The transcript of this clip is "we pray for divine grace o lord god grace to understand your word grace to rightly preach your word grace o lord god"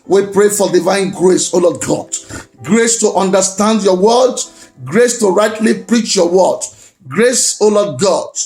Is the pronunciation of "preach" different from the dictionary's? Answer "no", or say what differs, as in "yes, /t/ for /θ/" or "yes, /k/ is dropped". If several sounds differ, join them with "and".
no